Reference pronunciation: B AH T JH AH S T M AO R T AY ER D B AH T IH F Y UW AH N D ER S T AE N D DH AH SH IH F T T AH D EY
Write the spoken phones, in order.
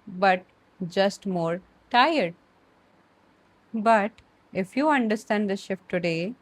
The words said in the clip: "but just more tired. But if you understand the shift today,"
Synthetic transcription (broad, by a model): B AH T JH AH S T M AO R T AY ER D B AH T IH F Y UW AH N D ER S T AE N D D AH SH IH F T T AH D EY